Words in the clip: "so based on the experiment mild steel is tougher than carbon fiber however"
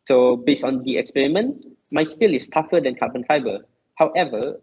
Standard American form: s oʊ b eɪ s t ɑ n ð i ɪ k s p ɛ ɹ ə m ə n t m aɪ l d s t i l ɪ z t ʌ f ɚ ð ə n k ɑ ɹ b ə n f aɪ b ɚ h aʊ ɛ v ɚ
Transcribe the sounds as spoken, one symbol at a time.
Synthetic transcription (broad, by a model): s oʊ b eɪ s ɑ n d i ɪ k s p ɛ ɹ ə m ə n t m aɪ s t i l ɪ s t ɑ f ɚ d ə n k ɑ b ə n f aɪ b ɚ h aʊ ɛ v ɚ